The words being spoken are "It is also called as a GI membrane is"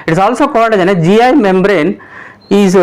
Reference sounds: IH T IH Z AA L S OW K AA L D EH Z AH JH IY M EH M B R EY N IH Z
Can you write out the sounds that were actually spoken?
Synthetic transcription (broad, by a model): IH T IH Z AA L S OW K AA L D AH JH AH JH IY M EH M B R EY N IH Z